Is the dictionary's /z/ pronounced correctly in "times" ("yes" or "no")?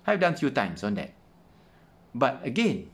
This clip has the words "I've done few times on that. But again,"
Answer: no